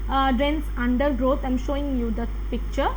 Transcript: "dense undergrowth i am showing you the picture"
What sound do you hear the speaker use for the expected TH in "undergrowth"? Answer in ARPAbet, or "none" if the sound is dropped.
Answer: T